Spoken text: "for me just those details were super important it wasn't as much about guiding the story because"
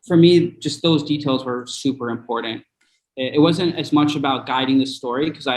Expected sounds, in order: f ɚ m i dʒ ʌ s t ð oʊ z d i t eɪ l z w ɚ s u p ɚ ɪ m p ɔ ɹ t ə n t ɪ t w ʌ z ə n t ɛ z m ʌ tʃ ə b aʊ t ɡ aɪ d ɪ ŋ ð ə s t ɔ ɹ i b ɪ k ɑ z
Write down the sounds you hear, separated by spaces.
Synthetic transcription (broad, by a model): f ɚ m i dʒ ʌ s t ð oʊ z d i t eɪ l z w ɚ s u p ɚ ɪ m p ɔ ɹ t n t ɪ t w ʌ z ə n t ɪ z m ʌ tʃ ə b aʊ t ɡ aɪ d ɪ ŋ ð ə s t ɔ ɹ i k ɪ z ɑ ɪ